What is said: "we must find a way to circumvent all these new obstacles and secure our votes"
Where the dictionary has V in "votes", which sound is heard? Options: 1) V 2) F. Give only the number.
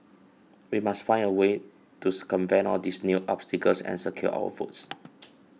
2